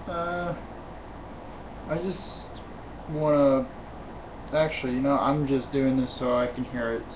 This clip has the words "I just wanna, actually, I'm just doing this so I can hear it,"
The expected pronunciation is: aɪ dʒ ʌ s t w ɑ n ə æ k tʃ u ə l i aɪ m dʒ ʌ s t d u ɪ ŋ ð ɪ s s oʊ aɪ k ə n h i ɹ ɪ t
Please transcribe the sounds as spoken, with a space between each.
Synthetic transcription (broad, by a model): aɪ dʒ ʌ s t w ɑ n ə æ k tʃ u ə n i aɪ m dʒ ʌ s d u ɪ ŋ ð ɪ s s oʊ aɪ k ə n h i ɹ ɪ t